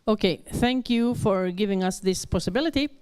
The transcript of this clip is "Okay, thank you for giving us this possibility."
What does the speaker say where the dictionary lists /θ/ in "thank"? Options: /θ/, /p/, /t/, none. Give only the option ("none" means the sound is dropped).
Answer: /θ/